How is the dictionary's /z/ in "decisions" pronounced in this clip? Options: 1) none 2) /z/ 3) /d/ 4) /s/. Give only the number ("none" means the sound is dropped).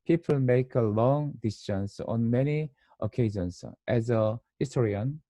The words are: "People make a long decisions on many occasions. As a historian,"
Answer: 4